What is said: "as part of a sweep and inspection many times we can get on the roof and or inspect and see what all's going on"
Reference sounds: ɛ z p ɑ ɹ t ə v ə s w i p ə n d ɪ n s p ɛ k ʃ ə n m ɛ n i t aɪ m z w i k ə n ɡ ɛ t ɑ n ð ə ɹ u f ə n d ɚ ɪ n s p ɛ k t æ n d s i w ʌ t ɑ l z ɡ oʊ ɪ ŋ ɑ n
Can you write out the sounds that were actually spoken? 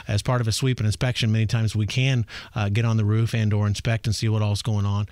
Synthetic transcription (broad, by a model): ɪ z p ɑ ɹ t ə v ə s w i p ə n ɪ n s p ɛ k ʃ ə n m ɛ n i t aɪ m z w i k ə n ɡ ɛ t n ð ə ɹ u f ə n d ɚ ɪ n s p ɛ k t n s i w ʌ t ɑ l z ɡ oʊ ɪ ŋ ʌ n